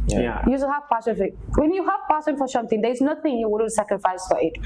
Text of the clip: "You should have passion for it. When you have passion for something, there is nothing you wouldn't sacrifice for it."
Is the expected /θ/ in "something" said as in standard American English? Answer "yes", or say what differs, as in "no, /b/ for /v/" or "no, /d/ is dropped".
no, /t/ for /θ/